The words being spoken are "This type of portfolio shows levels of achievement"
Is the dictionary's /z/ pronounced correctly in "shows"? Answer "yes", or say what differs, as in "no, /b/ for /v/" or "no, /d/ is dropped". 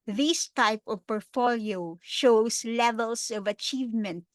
no, /s/ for /z/